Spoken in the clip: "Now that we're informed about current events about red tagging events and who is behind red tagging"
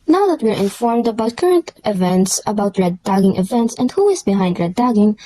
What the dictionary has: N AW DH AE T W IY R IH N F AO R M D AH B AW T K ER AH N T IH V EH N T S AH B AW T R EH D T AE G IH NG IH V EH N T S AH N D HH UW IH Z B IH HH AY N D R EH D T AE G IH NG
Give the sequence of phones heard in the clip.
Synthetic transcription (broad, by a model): N AW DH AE T W IY R IH N F AO R M D AH B AW T K ER AH N T IH V EH N T S AH B AW T R EH D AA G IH NG IH V EH N T S AH N D HH UW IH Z B IH HH AY N D R EH D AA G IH NG